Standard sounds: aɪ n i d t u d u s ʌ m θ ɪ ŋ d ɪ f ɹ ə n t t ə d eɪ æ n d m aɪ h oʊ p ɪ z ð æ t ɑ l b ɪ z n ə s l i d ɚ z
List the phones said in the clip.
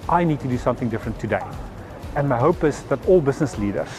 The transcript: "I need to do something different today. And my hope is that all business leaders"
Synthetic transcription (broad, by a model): aɪ n i d t u d u s ʌ m θ ɪ ŋ d ɪ f ɹ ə n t t ə d eɪ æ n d m aɪ h oʊ p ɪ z ð æ t ɑ l b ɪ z n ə s l i d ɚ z